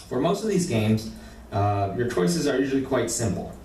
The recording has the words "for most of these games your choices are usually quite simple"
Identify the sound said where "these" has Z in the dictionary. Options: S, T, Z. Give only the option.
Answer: Z